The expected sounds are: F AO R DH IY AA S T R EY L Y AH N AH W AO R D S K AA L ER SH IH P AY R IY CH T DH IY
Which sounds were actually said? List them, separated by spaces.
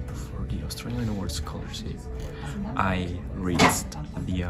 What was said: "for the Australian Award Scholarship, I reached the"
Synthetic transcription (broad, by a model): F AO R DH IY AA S T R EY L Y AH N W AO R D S K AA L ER S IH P AY R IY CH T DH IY